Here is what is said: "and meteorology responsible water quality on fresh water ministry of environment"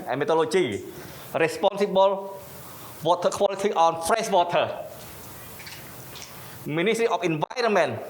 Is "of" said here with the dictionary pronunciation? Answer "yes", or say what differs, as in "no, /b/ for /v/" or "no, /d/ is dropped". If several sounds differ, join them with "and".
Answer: no, /f/ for /v/